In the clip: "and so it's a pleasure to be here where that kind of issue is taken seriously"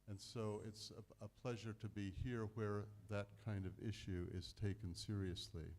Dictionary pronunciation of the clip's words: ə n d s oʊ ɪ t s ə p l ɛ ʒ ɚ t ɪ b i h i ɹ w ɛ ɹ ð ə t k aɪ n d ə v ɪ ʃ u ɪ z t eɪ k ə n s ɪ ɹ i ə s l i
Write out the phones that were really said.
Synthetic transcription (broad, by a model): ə n s oʊ ɪ t s ə p l ɛ ʒ ɚ t ɪ b i h i ɹ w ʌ ɹ ð ə t k aɪ n d ə v ɪ ʃ u ɪ z t eɪ k ə n s ɪ ɹ i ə s l i